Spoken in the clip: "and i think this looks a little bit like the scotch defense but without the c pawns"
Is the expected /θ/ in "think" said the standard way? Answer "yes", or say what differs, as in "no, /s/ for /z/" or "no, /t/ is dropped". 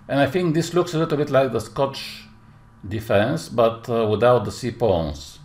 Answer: yes